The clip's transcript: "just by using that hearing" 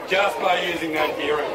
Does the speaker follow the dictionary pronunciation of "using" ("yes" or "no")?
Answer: yes